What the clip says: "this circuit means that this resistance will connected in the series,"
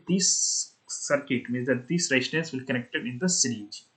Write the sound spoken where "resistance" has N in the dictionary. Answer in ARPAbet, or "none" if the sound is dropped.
none